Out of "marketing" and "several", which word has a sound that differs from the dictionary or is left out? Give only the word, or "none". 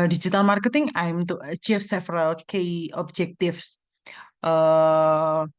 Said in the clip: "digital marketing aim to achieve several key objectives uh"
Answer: several